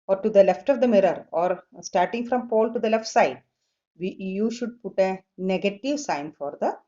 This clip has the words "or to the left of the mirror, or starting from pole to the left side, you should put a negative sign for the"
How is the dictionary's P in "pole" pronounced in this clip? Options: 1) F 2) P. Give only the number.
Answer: 2